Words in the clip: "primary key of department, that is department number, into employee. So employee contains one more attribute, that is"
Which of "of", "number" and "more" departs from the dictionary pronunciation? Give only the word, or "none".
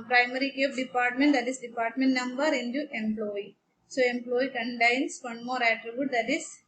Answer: of